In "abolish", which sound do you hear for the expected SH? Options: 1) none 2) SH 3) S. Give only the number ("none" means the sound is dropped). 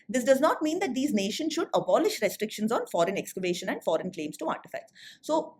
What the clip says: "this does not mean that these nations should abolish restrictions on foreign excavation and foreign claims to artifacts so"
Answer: 2